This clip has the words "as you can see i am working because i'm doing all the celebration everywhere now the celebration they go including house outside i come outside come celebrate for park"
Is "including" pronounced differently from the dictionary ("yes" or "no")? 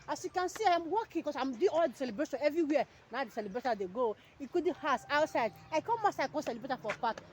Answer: yes